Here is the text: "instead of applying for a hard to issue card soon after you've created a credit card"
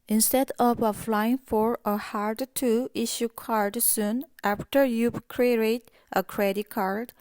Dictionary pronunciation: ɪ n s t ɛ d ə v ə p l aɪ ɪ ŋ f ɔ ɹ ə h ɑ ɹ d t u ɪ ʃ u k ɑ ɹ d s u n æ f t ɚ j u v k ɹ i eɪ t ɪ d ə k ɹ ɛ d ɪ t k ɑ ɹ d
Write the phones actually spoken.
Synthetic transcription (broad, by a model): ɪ n s t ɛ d ə v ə f l aɪ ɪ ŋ f ɔ ɹ ə h ɑ ɹ d t u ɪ ʃ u k ɑ ɹ d s u n æ f t ɚ j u k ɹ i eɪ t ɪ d ə k ɹ ɛ d ɪ t k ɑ ɹ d